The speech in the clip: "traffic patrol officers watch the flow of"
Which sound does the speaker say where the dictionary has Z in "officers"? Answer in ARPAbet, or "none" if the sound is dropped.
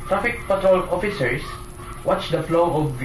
S